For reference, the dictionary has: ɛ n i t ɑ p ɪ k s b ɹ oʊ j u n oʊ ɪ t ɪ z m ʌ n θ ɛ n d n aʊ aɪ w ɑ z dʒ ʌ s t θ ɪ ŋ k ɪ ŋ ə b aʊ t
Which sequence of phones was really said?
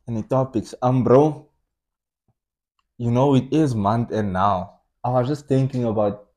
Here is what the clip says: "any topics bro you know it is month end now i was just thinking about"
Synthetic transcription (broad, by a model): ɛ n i t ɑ p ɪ k s b ɹ oʊ j u n oʊ ɪ t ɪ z m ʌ n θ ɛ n n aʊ aɪ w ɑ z dʒ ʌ s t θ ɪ ŋ k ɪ ŋ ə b aʊ t